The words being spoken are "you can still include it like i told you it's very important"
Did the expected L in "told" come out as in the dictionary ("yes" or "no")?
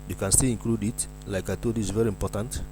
no